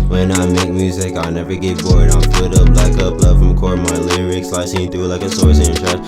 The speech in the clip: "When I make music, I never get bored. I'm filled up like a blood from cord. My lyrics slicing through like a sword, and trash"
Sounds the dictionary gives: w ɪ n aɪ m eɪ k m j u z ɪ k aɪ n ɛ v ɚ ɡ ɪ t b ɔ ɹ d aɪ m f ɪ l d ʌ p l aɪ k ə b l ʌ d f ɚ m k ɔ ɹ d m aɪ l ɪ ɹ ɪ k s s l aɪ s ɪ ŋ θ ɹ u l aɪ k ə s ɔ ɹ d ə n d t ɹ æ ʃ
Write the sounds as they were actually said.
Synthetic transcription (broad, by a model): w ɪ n aɪ m eɪ k m j u z ɪ k aɪ n ɛ v ɚ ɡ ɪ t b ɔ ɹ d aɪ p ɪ d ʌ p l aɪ k ə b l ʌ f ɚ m k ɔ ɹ m aɪ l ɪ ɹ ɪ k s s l aɪ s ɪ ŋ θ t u l aɪ k ə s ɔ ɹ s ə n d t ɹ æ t